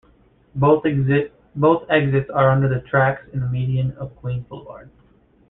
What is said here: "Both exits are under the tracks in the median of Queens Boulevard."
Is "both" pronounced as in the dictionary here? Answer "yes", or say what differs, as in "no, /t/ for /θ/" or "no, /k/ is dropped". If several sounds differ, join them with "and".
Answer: no, /t/ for /θ/